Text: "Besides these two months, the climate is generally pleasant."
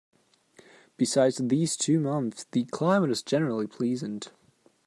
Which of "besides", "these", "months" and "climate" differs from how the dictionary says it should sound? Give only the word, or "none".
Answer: none